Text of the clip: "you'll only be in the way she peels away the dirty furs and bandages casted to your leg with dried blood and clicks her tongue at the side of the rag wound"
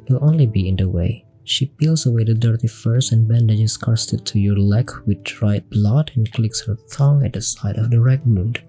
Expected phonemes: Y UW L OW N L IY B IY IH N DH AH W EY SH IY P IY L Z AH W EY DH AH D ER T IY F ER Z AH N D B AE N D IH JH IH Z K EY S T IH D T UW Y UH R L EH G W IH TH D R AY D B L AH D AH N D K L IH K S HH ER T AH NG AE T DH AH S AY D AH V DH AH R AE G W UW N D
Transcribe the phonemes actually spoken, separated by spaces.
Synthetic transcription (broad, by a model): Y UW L OW N L IY B IY IH N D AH W EY SH IY P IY L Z AH W EY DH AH D ER T IY F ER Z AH N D B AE N D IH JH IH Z K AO S T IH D T UW Y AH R L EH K W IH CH R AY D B L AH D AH N K L IH K S HH ER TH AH NG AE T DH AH S AY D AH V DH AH R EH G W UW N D